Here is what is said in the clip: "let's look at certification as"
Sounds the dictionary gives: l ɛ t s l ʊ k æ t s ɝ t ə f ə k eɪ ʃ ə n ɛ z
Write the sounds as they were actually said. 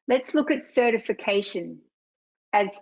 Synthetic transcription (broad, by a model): l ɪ t s l ʊ k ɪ t s ɝ t ə f ə k eɪ ʃ ə n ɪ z